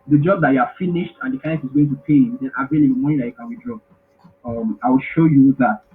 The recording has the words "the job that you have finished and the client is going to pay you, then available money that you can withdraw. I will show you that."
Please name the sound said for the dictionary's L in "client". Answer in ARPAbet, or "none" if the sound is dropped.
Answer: none